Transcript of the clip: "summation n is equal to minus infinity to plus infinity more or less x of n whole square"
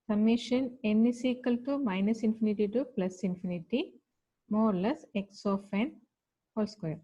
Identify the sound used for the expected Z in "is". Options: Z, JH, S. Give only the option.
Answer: S